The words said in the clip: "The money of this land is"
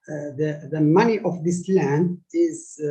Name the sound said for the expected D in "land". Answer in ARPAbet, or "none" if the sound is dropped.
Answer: D